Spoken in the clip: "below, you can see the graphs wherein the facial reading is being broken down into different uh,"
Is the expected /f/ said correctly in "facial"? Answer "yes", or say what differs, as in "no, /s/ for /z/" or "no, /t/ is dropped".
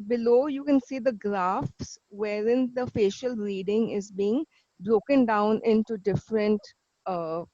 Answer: yes